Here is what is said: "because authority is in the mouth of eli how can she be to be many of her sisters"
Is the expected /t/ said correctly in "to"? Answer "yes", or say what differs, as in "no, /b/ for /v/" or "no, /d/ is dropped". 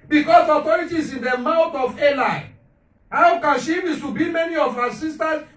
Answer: no, /s/ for /t/